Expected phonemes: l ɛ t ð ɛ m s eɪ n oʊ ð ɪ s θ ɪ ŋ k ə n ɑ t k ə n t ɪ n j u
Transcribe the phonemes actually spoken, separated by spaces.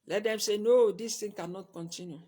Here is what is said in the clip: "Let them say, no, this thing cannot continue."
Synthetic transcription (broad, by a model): l ɛ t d ɛ m s eɪ n oʊ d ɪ s t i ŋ k ə n ɑ t k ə n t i n j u